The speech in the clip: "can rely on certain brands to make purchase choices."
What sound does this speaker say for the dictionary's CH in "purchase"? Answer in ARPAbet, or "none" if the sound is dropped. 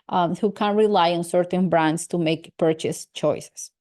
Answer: CH